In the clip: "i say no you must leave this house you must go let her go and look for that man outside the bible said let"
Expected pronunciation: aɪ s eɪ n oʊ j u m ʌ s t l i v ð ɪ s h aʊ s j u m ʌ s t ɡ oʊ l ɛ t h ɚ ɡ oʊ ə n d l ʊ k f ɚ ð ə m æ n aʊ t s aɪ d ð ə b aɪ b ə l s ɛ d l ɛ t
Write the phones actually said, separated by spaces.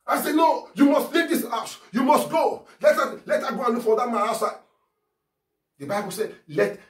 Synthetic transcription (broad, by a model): aɪ s eɪ n oʊ j u m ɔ s t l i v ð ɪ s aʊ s j u m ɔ s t ɡ oʊ l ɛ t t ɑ ɡ oʊ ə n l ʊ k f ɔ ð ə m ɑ aʊ t s aɪ d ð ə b aɪ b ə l s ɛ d l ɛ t